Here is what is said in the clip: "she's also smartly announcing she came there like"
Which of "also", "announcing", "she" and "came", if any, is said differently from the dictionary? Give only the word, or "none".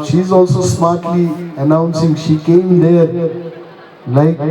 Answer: none